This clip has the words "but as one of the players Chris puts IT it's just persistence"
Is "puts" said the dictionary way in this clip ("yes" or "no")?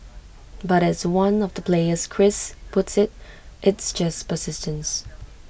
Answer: yes